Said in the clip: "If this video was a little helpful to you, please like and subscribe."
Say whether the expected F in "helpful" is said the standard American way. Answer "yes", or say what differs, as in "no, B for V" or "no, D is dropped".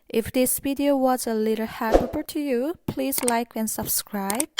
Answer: no, F is dropped